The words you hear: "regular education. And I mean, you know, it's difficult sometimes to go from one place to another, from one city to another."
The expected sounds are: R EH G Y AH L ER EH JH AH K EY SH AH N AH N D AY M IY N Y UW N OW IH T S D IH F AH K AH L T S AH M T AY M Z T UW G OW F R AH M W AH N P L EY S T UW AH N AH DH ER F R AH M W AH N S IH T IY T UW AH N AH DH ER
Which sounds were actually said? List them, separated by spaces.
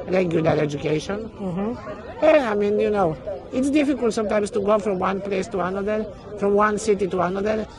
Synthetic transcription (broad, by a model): R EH G Y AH L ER EH JH AH K EY SH AH N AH AY M IY N Y UW N OW IH T S D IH F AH K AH L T S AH M T AY M S T UW G OW F R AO M W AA N P L EY S T UW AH N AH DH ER F R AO M W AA N S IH T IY T UW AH N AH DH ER